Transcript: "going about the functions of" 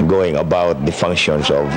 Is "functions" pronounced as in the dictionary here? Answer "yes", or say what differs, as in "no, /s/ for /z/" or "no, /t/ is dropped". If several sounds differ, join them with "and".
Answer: no, /s/ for /z/